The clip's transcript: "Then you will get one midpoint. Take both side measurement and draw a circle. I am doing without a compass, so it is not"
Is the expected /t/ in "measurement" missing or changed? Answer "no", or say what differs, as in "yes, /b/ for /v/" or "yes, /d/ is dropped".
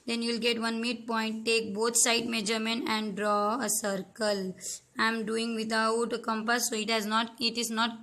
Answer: yes, /t/ is dropped